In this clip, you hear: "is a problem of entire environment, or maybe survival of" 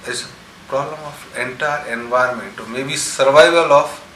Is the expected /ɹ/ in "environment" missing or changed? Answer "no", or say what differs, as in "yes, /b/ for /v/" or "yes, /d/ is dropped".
yes, /ɹ/ is dropped